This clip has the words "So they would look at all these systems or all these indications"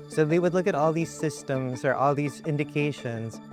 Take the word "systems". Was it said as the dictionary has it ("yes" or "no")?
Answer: yes